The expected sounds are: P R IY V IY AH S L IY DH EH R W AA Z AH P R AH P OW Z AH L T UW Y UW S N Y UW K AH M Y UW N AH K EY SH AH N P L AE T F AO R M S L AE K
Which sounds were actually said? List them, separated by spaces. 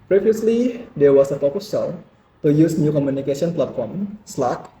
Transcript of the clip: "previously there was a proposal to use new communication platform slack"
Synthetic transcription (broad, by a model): P R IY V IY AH S L IY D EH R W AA S AH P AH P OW S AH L T UW Y UW S N Y UW K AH M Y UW N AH K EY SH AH N P L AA T F AO R M S L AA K